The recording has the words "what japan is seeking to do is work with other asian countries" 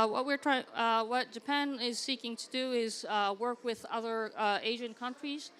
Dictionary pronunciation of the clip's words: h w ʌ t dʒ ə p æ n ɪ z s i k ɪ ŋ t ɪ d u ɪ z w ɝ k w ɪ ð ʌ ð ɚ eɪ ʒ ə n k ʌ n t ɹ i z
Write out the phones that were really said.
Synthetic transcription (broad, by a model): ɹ w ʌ t dʒ ə p æ n ɪ z s i k ɪ ŋ t ɪ d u ɪ z w ɝ k w ɪ ð ʌ ð ɚ eɪ ʒ ə n k ʌ n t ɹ i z